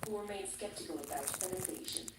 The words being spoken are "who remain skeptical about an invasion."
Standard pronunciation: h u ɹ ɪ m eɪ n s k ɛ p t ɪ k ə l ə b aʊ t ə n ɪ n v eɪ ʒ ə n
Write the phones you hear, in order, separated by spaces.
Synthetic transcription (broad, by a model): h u w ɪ m eɪ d s k ɛ p t ɪ k ə l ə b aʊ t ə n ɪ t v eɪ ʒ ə n